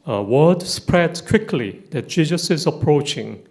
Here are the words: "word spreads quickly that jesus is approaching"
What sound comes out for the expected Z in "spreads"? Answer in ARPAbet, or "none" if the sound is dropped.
none